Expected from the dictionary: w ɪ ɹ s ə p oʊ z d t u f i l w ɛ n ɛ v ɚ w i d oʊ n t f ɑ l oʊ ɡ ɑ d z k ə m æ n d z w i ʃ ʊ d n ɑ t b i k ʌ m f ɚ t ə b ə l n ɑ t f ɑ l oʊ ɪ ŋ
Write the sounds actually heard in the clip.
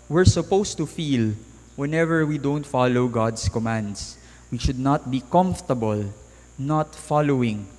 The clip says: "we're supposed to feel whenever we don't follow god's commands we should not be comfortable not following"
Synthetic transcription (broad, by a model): w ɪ ɹ s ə p oʊ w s t u f i l w ɛ n ɛ v ɚ w i d oʊ n t f ɑ l oʊ ɡ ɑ d s k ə m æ n d s w i ʃ ʊ d n ɑ t b i k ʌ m f t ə b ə l n ɑ t f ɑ l oʊ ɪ ŋ